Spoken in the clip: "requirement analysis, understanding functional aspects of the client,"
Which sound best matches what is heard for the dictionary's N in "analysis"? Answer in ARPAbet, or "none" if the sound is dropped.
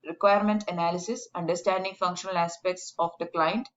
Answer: N